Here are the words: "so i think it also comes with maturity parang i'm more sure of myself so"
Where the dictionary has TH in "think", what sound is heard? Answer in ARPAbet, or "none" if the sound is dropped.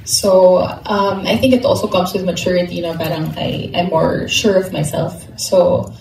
TH